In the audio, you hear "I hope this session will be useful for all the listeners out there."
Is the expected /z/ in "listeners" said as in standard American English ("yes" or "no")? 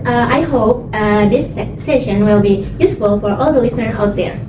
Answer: no